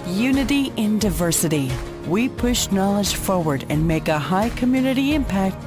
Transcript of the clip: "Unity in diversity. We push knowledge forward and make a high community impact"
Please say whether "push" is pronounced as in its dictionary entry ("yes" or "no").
yes